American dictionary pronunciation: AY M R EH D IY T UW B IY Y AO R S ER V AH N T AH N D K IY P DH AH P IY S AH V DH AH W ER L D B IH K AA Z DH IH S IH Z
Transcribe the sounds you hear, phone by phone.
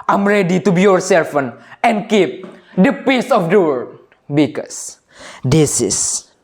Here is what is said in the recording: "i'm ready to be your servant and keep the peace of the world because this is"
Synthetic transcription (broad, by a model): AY M R EH D IY T UW B IY Y AO R S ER F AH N AH N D K IY P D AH P IY S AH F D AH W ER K B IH K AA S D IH S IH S